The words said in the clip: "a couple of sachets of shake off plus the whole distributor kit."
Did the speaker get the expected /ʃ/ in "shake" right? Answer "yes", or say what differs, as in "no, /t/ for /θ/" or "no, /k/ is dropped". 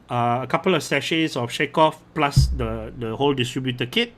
yes